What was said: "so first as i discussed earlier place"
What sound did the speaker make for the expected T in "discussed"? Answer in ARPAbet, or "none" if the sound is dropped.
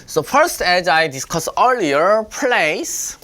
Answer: none